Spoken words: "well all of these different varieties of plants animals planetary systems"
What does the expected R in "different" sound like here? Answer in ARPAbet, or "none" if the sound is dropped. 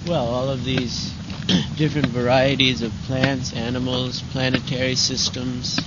R